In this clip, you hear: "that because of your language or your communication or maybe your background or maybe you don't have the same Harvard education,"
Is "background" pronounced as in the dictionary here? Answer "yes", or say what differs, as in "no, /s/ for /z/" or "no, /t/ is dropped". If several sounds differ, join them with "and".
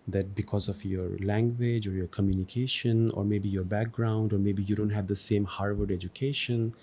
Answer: yes